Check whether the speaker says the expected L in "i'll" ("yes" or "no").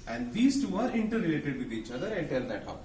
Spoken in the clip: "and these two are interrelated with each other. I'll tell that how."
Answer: no